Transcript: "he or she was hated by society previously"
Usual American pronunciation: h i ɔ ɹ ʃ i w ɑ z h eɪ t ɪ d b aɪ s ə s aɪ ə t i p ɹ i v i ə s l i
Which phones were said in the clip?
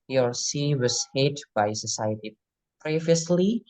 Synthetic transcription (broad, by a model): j ɔ ɹ s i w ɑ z h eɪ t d b aɪ s ə s aɪ ə t i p ɹ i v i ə s l i